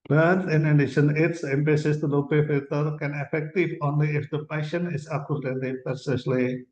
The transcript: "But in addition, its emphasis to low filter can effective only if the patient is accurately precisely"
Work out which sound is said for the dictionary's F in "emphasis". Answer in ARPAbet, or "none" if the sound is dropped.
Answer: P